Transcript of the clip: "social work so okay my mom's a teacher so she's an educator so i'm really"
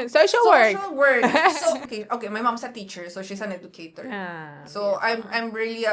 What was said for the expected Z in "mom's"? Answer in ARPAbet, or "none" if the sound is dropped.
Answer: S